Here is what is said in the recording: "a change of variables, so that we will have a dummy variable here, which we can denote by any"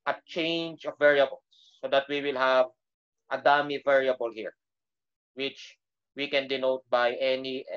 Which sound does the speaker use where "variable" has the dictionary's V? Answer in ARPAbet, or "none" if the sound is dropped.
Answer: V